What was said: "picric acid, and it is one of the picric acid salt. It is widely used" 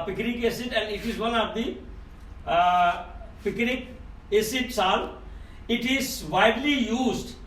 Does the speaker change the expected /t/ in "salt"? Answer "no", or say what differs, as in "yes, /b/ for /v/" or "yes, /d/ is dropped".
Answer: yes, /t/ is dropped